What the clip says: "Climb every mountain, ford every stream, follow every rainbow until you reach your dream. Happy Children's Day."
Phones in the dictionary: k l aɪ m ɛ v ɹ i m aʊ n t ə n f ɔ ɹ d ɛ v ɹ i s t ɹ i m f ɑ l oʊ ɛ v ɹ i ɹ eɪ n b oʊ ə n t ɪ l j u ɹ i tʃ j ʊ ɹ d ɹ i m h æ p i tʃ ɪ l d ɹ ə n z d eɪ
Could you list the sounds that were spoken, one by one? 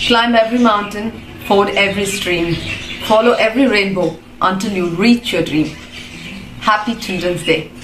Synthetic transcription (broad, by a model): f l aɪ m ɛ v ɹ i m aʊ n t ə n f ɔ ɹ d ɛ v ɹ i s t ɹ i m f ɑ l oʊ ɛ v ɹ i ɹ eɪ n b oʊ ə n t ɪ l j u ɹ i tʃ j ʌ d ɹ i m h æ p i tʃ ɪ d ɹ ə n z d eɪ